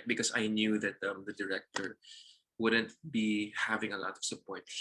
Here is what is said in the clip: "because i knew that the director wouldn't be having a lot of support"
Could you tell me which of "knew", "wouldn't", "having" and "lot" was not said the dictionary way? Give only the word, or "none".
none